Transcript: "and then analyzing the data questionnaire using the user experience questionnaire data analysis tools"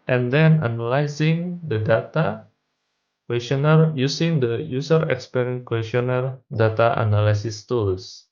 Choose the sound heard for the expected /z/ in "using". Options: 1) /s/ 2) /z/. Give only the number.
1